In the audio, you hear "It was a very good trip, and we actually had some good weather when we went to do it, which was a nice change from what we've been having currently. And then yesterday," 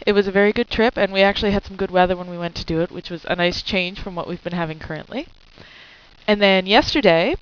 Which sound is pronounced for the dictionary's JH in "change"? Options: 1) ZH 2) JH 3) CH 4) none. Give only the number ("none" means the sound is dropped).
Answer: 1